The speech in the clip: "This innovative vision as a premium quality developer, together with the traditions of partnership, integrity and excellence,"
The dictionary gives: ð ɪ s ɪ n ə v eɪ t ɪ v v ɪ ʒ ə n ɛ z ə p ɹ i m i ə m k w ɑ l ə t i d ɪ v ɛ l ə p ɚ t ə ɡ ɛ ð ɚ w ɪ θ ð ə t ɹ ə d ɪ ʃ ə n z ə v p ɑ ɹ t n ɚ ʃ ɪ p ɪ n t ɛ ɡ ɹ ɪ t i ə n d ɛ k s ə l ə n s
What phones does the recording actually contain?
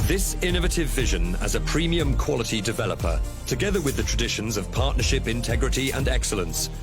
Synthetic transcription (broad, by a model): ð ɪ s ɪ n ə v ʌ t ɪ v v ɪ ʒ ə n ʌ z ə p ɹ i m i ə m k w ɑ l ə t i d ɪ v ɛ l ə p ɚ t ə ɡ ɛ ð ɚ w ɪ ð ə t ɹ ə d ɪ ʃ ə n z ə v p ɑ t n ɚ ʃ ɪ p ɪ n t ɛ ɡ ɹ ɪ t i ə n ɛ k s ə l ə n s